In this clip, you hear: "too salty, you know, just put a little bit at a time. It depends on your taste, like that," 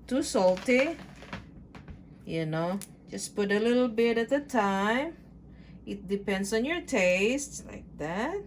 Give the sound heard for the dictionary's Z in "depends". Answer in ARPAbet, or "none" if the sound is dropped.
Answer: S